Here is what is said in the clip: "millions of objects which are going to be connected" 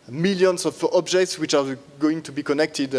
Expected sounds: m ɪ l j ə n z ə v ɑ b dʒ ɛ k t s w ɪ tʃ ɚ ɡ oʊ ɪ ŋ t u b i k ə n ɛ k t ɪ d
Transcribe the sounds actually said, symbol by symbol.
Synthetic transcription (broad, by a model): m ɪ l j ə n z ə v ɑ b dʒ ɛ k t s w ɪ tʃ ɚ ɡ oʊ ɪ ŋ t u b i k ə n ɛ k t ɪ d